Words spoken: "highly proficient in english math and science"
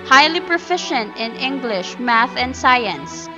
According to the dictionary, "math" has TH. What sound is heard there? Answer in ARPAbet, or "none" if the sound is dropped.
TH